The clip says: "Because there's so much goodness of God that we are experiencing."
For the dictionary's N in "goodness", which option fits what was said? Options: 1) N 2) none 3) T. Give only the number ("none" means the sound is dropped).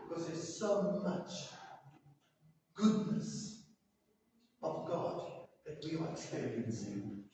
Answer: 1